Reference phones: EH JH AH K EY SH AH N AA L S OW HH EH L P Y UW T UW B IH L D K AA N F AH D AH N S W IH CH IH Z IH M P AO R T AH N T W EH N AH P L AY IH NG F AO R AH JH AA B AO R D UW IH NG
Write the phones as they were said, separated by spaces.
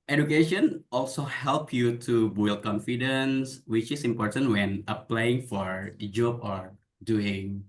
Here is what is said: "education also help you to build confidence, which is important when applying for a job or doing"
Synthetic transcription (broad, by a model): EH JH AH K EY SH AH N AA L S OW HH EH L P Y UW T UW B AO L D K AA N F AH D AH N S W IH CH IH S IH M P AO R T AH N T W EH N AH P L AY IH NG F AO R JH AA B AO R D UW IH NG